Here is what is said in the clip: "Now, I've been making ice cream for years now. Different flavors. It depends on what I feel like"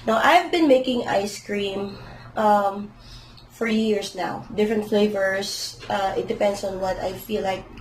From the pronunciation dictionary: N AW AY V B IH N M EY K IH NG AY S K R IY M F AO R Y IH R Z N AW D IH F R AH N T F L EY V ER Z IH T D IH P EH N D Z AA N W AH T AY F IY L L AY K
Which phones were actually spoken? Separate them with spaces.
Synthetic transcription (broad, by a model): N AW AY V B IH N M EY K IH NG AY S K R IY M F AO R Y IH R S N AW D IH F R AH N T F L EY V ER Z IH T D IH P EH N D S AA N W AH T AY F IY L L AY K